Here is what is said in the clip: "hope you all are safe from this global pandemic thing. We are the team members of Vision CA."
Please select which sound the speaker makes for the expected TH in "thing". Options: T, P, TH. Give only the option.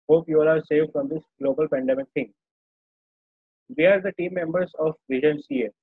T